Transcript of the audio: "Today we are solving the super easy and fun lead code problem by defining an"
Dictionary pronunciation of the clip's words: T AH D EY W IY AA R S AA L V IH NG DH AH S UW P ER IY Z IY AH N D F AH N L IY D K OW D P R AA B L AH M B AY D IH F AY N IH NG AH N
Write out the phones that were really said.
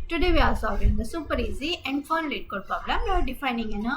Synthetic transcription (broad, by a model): T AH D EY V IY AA L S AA V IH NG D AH S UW P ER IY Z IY AH N D F AH N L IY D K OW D P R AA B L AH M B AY D IH F AY N IH NG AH N